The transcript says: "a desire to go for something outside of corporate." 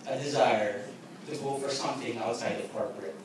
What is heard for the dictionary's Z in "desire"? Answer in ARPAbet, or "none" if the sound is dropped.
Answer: Z